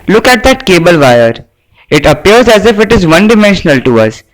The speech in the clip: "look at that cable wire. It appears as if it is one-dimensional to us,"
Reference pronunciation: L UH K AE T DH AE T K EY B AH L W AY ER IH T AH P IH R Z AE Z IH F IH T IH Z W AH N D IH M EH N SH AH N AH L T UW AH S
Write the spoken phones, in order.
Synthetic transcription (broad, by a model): L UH K AE T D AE T K EY B AH L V AY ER IH T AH P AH R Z AE Z IH F IH T IH Z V AH N D IH M EH N SH AH N AH L T UW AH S